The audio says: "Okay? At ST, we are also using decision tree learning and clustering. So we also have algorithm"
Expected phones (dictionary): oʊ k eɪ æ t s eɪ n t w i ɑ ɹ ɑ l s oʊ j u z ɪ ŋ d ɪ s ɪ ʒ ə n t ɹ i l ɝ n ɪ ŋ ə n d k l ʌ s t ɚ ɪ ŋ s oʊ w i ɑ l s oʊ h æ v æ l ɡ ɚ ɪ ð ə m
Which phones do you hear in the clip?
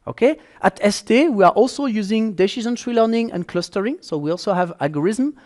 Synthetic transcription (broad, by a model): oʊ k eɪ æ t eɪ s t w i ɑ ɹ ɑ l s oʊ j u z ɪ ŋ d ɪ ʃ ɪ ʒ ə n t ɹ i l ɝ n ɪ ŋ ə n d k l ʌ s t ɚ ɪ ŋ s oʊ w i ɑ l s oʊ h æ v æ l ɡ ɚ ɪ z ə m